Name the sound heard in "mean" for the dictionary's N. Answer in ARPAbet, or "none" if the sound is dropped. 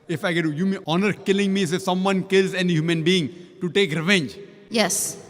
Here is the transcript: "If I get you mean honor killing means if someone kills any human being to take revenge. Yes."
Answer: none